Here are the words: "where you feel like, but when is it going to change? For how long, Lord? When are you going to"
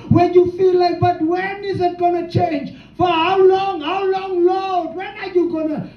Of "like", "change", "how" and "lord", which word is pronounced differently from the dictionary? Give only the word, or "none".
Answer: lord